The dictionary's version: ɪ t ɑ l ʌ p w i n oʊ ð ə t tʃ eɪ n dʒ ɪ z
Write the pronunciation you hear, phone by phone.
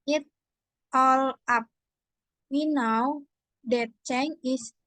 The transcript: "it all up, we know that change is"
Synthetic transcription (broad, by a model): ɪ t ɑ l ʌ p w i n oʊ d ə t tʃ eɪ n ɪ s